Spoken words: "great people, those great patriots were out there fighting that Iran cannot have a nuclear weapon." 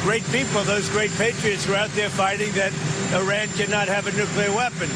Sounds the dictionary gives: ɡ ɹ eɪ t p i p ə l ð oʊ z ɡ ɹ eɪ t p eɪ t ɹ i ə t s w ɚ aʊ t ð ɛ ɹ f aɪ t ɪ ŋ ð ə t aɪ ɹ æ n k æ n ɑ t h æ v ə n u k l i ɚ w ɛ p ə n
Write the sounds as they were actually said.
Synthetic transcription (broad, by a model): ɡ ɹ eɪ t p i p l ð oʊ z ɡ ɹ eɪ t p eɪ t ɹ i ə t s w ɚ aʊ t ð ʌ ɹ f aɪ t ɪ ŋ ð ə t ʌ ɹ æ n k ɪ n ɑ t h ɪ v ə n u k l i ɚ w ɛ p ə n